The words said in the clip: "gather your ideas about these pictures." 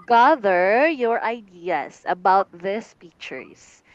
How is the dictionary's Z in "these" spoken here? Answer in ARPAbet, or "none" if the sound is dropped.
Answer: S